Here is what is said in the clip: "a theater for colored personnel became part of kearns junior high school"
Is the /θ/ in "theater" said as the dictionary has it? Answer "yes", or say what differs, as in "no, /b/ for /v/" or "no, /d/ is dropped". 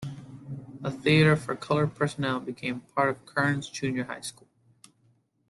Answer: yes